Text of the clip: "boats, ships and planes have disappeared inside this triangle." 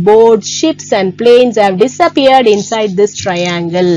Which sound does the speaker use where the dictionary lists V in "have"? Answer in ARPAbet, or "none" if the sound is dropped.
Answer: V